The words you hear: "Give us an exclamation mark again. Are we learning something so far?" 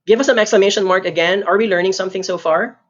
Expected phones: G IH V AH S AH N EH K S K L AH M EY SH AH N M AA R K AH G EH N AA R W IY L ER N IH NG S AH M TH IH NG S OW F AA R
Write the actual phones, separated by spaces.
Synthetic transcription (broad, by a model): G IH V AH S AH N EH K S K L AH M EY SH AH N M AA R K AH G EH N AA R W IY L ER N IH NG S AH M TH IH NG S OW F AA R